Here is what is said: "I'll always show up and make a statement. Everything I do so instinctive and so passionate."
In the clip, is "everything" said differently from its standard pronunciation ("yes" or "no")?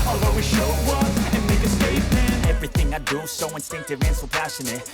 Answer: no